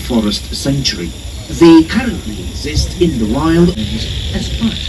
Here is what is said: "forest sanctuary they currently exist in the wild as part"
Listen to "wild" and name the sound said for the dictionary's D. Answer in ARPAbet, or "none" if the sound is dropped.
D